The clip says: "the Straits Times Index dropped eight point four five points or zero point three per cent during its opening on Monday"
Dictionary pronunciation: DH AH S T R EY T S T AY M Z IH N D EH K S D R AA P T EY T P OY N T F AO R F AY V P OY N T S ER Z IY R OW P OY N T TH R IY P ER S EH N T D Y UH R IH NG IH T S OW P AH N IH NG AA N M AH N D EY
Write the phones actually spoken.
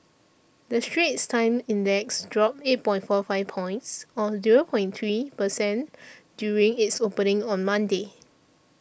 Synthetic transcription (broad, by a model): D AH S T R EY T S T AY M IH N D EH K S D R AA P EY T P OY N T F AO F AY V P OY N T S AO Z IY R OW P OY N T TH R IY P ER S EH N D Y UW R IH NG IH T S OW P AH N IH NG AA N M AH N D EY